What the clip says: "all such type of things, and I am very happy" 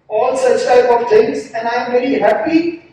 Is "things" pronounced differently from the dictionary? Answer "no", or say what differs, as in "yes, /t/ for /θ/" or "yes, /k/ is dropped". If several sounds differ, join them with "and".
yes, /t/ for /θ/